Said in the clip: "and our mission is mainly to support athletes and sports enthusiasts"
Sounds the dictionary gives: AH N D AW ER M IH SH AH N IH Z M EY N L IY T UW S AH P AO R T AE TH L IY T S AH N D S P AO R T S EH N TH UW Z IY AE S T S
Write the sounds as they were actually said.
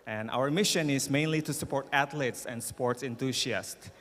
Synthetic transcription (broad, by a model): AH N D AW ER M IH SH AH N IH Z M EY N L IY T UW S AH P AO R T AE T L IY T S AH N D S P AO R T S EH N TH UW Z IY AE S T